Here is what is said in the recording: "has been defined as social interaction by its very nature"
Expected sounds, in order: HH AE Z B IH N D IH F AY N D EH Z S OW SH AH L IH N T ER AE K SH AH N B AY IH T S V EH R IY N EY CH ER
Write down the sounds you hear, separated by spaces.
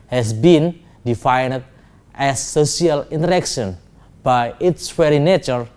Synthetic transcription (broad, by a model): HH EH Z B IH N D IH F AY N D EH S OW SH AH L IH N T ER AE K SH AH N B AY IH T S F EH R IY N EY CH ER